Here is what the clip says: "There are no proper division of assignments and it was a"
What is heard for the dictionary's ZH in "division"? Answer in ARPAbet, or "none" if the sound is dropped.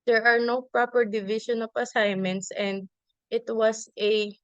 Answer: SH